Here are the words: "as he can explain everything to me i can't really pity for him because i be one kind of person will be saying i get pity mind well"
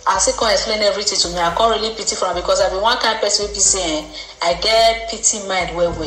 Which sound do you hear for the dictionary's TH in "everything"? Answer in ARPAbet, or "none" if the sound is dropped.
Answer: T